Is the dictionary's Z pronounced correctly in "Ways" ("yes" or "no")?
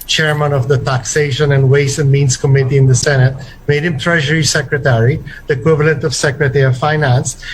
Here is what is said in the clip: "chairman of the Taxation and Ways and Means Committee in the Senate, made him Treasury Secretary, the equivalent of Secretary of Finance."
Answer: no